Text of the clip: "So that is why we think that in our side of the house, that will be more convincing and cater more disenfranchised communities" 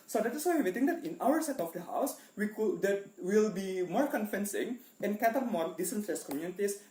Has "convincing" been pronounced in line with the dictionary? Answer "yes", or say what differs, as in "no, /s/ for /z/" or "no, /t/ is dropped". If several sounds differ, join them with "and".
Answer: no, /f/ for /v/